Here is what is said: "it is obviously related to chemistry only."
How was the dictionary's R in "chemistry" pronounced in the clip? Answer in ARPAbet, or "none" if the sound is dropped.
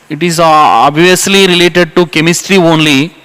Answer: R